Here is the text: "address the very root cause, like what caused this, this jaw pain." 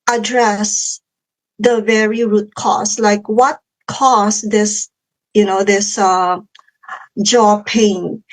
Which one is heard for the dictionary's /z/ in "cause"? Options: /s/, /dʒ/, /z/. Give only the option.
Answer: /s/